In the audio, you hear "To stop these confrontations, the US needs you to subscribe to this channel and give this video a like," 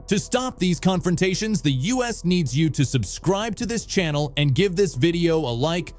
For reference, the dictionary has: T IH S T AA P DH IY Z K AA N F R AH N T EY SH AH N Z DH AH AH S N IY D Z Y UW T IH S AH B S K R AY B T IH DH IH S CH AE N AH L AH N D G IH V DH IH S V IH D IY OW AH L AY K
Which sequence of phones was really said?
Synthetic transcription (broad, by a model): T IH S T AA P DH IY Z K AA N F R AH N T EY SH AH N Z DH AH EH S N IY D Z Y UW T IH S AH B S K R AY B T IH DH IH S CH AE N L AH N G IH V DH IH S V IH D IY OW AH L AY K